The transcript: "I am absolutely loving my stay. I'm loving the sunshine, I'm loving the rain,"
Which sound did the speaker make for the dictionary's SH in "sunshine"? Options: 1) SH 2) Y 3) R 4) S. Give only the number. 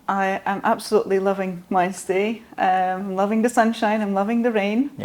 1